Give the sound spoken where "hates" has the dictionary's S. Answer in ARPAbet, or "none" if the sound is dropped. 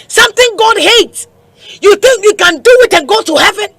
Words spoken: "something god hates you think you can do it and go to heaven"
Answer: S